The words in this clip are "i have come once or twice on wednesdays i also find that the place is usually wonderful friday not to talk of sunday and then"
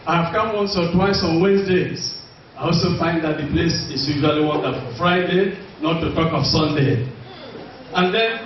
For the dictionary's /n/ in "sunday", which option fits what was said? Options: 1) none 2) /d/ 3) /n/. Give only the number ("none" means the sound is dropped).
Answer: 3